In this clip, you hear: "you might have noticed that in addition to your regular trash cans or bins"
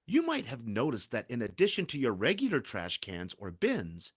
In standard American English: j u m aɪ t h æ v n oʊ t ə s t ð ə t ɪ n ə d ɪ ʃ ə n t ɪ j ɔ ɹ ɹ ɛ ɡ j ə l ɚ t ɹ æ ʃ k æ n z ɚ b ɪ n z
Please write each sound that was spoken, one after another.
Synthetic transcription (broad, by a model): j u m aɪ t h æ v n oʊ t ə s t ð ə t ɪ n ə d ɪ ʃ ə n t ɪ j ɔ ɹ ɹ ɛ ɡ j l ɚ t ɹ æ ʃ k æ n z ɚ b ɪ n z